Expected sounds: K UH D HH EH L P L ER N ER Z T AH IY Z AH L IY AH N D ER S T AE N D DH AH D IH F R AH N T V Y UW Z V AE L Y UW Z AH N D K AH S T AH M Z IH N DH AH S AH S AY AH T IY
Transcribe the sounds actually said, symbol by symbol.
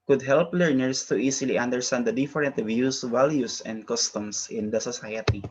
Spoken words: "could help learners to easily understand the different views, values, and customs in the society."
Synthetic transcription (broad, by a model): K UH D HH EH L P L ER N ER S T AH IY S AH L IY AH N D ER S T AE N D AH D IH F R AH N T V Y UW S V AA L Y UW S AH N D K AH S T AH M S IH N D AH S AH S AY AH T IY